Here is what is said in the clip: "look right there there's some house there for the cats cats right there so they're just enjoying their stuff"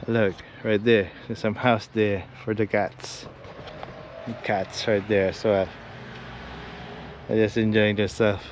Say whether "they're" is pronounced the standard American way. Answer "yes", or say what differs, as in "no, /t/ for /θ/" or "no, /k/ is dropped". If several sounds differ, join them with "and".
no, /l/ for /ɹ/